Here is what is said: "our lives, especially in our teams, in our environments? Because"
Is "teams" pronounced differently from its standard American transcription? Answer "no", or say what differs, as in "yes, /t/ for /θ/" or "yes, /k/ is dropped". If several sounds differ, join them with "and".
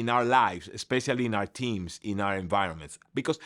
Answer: yes, /s/ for /z/